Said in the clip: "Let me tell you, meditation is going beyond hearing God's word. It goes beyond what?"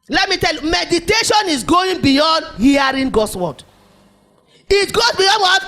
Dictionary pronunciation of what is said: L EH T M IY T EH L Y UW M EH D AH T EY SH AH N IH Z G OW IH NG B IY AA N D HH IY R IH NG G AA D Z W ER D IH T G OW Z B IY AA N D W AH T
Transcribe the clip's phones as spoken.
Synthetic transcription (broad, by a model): L EH T M IY T EH L Y UW M EH D AH T EY SH AH N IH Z G OW IH NG B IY AA N D HH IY R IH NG G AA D S W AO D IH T G OW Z B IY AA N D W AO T